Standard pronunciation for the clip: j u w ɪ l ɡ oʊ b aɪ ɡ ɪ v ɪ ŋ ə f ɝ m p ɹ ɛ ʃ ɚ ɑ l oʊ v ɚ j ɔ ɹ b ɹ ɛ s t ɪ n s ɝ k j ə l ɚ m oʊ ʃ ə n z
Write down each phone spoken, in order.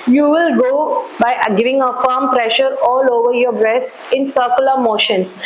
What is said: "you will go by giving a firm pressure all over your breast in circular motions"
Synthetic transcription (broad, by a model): j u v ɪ l ɡ oʊ b aɪ ɡ ɪ v ɪ ŋ ə f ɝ m p ɹ ɛ ʃ ɚ ɑ l oʊ v ɚ j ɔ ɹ b ɹ ɛ s t ɪ n s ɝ k j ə l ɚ m oʊ ʃ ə n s